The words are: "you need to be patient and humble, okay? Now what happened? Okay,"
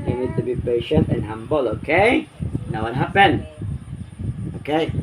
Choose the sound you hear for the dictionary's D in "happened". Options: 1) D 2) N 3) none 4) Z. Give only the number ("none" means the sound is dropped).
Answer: 3